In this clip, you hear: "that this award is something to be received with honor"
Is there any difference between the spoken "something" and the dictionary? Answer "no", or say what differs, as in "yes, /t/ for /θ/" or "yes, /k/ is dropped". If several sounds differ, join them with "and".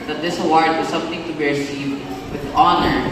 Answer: yes, /t/ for /θ/